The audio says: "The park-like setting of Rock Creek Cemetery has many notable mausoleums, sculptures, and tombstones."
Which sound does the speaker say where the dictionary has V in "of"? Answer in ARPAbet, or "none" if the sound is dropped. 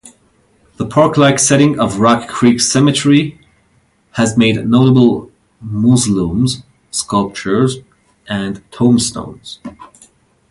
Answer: V